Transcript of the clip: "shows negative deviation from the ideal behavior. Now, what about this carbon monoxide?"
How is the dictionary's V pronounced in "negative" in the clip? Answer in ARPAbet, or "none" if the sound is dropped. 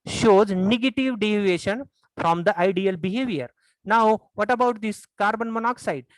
V